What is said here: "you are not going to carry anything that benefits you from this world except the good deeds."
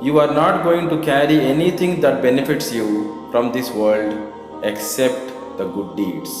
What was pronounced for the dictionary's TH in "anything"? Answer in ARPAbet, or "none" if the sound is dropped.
T